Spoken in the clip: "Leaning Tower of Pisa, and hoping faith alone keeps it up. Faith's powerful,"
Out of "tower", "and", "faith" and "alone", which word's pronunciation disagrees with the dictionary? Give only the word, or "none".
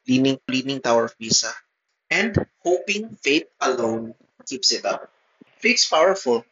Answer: faith